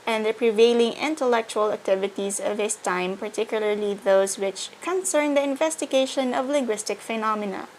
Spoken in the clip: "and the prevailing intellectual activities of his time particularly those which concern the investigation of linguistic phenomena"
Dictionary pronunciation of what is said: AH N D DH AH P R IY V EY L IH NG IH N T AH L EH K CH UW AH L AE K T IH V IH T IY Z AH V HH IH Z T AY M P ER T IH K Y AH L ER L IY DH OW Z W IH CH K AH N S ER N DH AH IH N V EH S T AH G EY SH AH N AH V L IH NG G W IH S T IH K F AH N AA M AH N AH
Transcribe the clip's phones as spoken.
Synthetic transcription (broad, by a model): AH N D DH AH P R IY V EY L IH NG IH N T AH L EH K CH UW AH L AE K T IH V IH T IY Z AH V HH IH S T AY M P ER T IH K Y AH L ER L IY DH OW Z W IH CH K AH N S ER N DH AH IH N V EH S T AH G EY SH AH N AH V L IH NG G W IH S T IH K F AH N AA M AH N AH